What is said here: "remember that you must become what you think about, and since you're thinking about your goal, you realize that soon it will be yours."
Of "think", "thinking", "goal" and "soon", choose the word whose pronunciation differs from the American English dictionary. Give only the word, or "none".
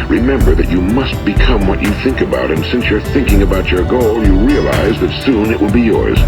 none